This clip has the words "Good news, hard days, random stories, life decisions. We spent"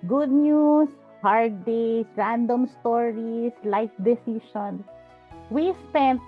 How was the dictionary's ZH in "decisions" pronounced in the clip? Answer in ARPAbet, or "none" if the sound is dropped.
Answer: SH